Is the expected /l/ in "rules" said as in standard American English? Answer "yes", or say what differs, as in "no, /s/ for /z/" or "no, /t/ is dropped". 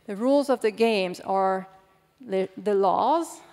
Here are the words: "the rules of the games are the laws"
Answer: yes